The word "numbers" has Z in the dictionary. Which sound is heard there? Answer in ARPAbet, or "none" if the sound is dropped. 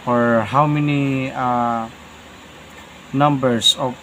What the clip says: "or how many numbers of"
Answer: S